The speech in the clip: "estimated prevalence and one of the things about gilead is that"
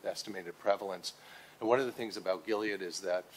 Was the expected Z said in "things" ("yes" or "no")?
yes